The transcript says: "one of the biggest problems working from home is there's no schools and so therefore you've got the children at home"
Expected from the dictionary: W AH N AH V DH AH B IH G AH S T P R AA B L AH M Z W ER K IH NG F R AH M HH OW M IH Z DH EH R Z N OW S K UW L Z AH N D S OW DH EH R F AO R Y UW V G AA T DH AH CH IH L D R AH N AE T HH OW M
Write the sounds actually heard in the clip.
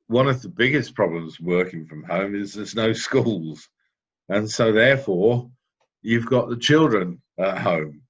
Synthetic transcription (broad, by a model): W AH N AH V DH AH B IH G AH S P R AA B L AH M Z W ER K IH NG F R AH M HH OW M IH Z DH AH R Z N OW S K UW L Z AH N S OW DH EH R F AO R Y UW V G AA T DH AH CH IH L D R AH N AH T HH OW M